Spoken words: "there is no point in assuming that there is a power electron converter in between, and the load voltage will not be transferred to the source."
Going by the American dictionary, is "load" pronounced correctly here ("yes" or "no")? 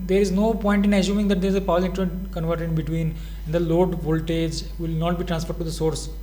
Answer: yes